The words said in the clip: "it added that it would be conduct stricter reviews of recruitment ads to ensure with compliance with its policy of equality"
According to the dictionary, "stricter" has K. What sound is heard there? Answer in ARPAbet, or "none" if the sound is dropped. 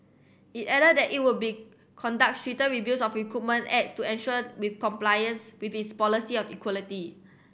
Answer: none